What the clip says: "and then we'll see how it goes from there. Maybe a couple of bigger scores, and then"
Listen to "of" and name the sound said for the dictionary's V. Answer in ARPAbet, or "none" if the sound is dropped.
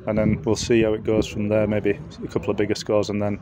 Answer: V